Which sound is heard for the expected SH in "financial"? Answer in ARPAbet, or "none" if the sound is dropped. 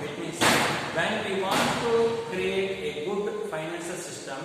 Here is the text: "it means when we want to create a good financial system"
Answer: S